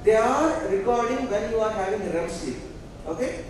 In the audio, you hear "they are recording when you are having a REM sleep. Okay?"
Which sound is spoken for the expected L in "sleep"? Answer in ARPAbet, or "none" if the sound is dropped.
none